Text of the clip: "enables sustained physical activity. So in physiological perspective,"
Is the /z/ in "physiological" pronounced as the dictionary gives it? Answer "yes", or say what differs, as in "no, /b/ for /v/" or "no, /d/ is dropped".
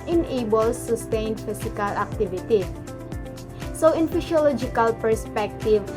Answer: no, /s/ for /z/